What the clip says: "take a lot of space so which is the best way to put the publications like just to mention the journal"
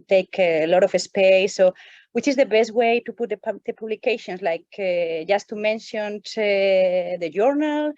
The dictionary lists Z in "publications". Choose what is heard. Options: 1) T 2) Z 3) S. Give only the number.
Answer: 3